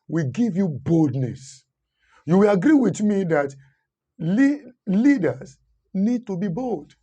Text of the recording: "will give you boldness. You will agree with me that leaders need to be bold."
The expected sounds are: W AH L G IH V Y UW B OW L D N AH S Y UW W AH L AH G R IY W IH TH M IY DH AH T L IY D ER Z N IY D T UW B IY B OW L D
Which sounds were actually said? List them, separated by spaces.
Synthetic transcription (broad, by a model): W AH G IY V Y UW B OW L D N AH S Y UW W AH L AH G R IY W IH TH M IY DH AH T L IY D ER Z N IY D T UW B IY B OW L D